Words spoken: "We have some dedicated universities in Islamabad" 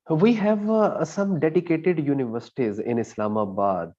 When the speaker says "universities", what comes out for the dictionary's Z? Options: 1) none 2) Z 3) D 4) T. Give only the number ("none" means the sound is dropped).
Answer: 2